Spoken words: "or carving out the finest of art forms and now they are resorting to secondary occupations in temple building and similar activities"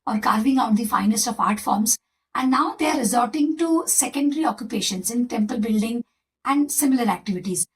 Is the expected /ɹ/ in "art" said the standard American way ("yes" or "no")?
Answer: yes